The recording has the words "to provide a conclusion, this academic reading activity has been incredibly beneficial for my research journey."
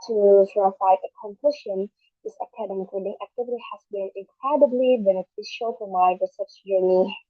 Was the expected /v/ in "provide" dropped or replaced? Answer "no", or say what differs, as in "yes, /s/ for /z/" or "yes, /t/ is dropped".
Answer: yes, /f/ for /v/